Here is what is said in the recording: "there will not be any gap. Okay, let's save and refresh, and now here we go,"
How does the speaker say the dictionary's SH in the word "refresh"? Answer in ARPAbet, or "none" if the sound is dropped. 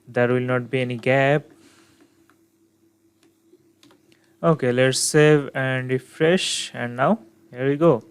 SH